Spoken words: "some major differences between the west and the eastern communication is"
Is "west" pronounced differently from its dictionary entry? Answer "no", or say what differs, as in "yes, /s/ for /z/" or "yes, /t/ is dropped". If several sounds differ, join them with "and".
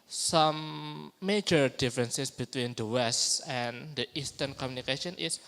no